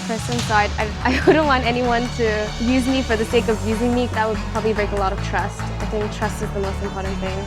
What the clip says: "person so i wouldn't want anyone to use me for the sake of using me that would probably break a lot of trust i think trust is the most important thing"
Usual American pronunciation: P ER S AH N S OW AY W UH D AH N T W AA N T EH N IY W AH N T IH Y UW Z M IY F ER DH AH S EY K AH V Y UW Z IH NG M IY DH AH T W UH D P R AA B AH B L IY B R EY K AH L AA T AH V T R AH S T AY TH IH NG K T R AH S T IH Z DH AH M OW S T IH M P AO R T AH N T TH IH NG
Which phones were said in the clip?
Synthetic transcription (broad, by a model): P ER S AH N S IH AY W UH D N T W AA N T EH N IY W AH N T IH Y UW Z M IY F ER DH AH S EY K AH V Y UW Z IH NG M IY DH AH T W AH D P R AA B AH B L IY B R EY K AH L AA T AH V T R AH S T AY TH IH NG K T R AH S T IH Z DH AH M OW S T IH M P AO R T N TH IH NG